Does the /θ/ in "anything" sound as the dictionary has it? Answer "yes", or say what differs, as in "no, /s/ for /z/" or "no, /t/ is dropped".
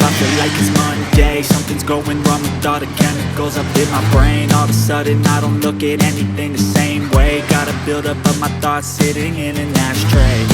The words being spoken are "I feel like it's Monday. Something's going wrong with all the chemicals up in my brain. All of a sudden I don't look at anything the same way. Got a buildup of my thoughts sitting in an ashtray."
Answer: yes